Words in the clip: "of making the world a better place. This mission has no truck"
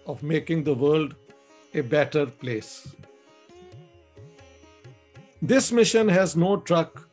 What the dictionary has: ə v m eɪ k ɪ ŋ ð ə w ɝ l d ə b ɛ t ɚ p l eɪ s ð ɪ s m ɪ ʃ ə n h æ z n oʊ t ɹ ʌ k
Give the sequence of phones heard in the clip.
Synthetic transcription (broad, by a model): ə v m eɪ k ɪ ŋ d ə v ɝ l d ə b ɛ t ɚ p l eɪ s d ɪ s m ɪ ʃ ə n h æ z n oʊ t ɹ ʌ k